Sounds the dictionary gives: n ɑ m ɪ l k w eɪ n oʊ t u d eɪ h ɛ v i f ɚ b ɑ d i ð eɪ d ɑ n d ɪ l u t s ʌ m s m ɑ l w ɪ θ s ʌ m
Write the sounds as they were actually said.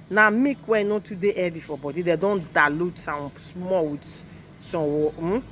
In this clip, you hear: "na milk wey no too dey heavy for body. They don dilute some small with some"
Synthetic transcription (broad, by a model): n ɑ m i k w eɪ n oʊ t u d eɪ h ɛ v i f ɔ b ɑ d i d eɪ d ɑ n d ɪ l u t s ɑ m s m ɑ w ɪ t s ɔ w